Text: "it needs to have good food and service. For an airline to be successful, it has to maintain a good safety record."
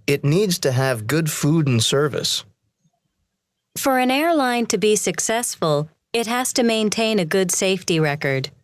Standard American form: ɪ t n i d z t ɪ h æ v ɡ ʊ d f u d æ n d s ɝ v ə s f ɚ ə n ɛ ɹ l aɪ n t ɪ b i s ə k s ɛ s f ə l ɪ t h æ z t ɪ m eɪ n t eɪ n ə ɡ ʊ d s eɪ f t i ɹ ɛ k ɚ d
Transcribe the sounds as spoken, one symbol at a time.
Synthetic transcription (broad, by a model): ɪ t n i d z t ɪ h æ v ɡ ʊ d f u d n s ɝ v ə s f ɚ ə n ɛ ɹ l aɪ n t ɪ b i s ə k s ɛ s f ə l ɪ t h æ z t ɪ m eɪ n t eɪ n ə ɡ ʊ d s eɪ f t i ɹ ɛ k ɚ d